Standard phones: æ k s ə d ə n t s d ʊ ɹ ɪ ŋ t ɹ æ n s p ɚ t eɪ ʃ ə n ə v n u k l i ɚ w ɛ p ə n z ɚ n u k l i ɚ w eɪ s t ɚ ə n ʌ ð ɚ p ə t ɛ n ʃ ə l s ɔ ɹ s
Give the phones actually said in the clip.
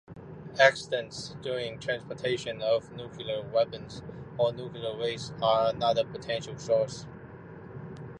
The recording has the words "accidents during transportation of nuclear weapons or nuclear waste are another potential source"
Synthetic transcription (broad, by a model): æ k s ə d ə n t s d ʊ ɹ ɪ ŋ t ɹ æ n s p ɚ t eɪ ʃ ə n ə v n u k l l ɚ w ɛ p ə n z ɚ n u k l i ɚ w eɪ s ɚ ə n ʌ ð ɚ p ə t ɛ n ʃ ə l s ɔ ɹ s